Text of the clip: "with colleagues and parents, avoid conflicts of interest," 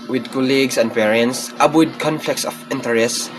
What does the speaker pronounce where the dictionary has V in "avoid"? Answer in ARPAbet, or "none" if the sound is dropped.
P